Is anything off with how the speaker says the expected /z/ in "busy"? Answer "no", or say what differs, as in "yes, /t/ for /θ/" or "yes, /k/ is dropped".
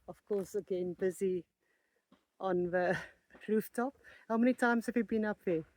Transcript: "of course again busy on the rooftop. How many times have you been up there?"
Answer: no